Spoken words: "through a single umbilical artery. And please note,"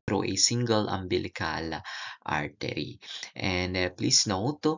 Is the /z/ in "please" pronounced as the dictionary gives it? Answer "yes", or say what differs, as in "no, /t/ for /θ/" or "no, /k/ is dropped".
no, /s/ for /z/